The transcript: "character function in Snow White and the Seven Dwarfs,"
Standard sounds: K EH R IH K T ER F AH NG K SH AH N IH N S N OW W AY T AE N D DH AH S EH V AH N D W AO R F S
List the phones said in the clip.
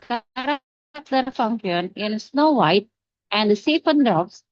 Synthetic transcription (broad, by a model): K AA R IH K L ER F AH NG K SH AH N IH N S N OW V AY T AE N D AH S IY F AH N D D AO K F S